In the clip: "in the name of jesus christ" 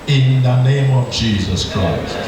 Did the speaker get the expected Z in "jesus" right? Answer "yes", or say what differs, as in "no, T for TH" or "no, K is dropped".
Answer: yes